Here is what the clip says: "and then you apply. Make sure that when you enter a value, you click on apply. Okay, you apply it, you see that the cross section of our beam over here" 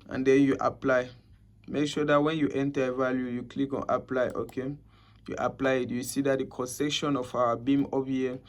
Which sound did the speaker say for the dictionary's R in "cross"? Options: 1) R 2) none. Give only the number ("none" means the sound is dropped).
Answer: 2